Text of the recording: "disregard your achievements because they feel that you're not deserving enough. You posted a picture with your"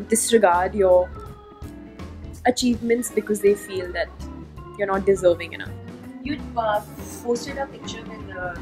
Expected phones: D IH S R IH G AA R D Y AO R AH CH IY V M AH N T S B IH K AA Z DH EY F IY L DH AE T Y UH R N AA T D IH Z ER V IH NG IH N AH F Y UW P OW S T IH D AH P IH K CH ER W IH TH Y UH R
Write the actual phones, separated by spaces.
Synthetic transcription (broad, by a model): D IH S R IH G AA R D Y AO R AH CH IY V M AH N T S B IH K AA Z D EY F IY L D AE T Y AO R N AA T D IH Z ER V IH NG IH N AH F Y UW F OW S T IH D AH P IH K CH ER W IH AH